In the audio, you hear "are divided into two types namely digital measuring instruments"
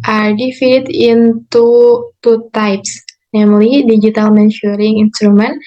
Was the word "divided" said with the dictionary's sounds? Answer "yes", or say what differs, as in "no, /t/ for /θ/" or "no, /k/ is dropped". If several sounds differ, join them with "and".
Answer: no, /f/ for /v/